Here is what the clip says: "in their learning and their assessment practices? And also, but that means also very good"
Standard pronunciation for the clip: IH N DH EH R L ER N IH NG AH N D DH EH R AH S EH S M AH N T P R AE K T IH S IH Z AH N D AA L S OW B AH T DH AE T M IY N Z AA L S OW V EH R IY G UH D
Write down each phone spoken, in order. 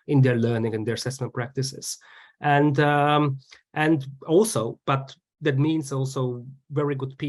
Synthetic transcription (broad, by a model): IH N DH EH R L ER N IH NG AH N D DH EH R AH S EH S M AH N T P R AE K T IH S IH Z AH N D AA L S OW B AH T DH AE T M IY N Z AA L S OW V EH R IY G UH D